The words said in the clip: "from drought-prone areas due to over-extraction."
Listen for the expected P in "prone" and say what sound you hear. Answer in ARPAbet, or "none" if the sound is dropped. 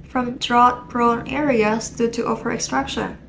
B